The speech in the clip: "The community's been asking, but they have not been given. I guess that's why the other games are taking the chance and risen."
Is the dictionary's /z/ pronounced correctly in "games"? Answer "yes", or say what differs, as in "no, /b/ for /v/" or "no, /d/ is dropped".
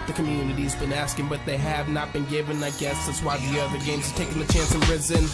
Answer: yes